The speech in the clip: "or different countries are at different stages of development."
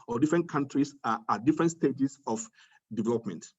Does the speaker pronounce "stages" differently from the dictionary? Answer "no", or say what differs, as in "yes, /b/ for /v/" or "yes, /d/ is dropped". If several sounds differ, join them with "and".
yes, /s/ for /z/